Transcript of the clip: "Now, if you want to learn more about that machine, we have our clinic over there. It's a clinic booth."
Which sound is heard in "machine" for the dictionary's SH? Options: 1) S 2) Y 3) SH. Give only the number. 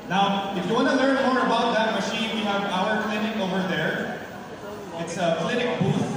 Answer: 3